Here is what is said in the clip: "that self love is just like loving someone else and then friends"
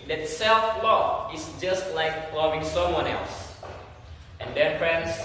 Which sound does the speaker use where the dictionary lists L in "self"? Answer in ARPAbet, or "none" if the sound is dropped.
L